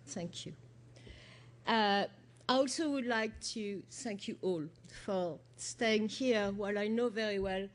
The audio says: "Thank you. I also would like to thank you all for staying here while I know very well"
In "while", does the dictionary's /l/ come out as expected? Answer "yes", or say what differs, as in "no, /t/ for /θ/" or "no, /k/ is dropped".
yes